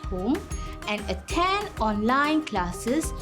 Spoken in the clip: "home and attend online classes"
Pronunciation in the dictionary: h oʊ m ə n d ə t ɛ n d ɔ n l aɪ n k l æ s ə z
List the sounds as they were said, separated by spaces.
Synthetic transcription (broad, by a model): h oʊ m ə n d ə t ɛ n ɔ n l aɪ n k l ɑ s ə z